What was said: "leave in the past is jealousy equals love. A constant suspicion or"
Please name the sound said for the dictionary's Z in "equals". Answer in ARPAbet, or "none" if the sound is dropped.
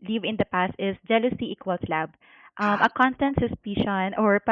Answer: S